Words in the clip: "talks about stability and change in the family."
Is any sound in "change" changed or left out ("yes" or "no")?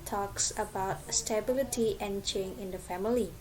yes